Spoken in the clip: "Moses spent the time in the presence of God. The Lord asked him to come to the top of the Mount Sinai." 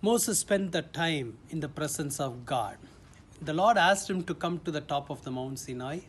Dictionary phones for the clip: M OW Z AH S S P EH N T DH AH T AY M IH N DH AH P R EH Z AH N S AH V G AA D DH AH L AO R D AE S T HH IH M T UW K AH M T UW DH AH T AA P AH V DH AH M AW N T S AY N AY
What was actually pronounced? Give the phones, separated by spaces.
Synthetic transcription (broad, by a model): M OW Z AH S S P EH N T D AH T AY M IH N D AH P R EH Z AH N S AH V G AA D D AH L AO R D AE S T HH IH M T UW K AH M T UW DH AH T AA P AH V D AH M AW N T S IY N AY